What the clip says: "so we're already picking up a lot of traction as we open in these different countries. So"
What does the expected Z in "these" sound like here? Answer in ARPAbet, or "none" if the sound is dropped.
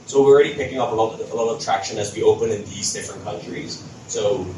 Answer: Z